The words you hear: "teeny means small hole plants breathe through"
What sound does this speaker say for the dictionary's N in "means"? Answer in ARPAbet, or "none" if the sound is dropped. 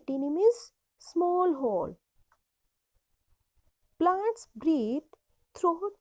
none